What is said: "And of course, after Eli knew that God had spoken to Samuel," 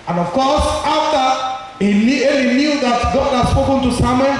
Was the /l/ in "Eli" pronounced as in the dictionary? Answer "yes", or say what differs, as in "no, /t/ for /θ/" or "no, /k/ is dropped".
no, /n/ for /l/